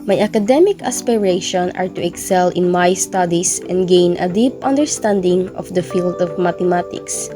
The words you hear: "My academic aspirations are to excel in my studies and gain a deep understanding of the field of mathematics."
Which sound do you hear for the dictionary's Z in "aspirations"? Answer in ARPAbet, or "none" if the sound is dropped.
none